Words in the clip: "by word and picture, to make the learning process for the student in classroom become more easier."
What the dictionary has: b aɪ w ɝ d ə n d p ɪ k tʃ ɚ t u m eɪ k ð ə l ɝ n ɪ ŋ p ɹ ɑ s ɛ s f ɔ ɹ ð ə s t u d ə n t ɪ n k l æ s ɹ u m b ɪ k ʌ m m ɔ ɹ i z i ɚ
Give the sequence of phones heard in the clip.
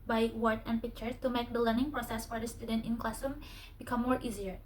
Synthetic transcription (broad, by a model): b aɪ w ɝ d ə n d p ɪ k tʃ ɚ t u m eɪ k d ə l ɝ n ɪ ŋ p ɹ ɑ s ɛ s f ɔ ɹ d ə s t u d ə n t ɪ n k l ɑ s u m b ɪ k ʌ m m ɔ ɹ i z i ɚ